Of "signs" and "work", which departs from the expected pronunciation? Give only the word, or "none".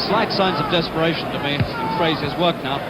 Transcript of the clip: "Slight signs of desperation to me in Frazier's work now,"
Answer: none